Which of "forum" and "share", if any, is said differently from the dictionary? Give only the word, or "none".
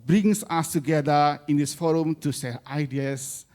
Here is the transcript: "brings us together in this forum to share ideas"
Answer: share